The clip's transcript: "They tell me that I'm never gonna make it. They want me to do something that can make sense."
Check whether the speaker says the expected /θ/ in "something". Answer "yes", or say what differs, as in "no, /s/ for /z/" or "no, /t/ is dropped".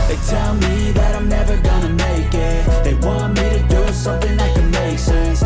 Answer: yes